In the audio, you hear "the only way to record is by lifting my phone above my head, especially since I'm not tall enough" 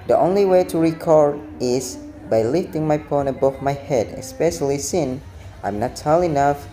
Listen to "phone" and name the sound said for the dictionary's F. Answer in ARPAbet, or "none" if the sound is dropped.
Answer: P